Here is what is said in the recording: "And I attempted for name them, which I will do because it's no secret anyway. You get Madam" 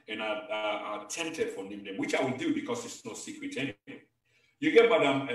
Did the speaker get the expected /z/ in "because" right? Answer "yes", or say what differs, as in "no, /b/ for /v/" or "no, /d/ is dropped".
no, /s/ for /z/